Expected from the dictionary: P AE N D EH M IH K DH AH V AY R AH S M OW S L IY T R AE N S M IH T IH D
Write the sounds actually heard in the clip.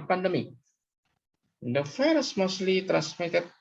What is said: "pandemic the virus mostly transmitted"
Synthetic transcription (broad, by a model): P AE N D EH M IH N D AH F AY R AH S M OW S L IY T R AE N S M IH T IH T